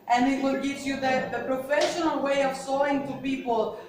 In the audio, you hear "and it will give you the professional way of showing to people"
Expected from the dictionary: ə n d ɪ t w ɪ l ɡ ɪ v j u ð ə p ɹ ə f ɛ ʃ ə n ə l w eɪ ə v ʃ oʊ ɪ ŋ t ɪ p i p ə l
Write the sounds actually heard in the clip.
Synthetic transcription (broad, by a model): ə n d ɪ t w ɪ l ɡ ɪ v j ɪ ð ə p ɹ ə f ɛ ʃ ə n ə l w eɪ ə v s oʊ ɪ ŋ t ɪ p i p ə l